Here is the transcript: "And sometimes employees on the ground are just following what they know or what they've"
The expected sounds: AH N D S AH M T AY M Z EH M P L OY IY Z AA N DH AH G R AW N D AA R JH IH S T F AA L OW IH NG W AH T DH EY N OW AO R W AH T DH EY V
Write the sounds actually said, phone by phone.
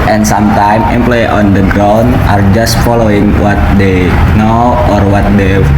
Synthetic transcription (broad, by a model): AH N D S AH M T AY M EH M P L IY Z AA N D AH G R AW N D AA R JH IH S T F AA L OW IH NG W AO T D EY N OW AO R W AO T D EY